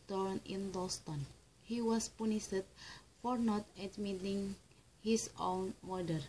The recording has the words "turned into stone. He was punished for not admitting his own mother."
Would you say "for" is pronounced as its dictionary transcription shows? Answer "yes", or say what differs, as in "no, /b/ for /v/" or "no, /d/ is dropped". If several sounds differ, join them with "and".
yes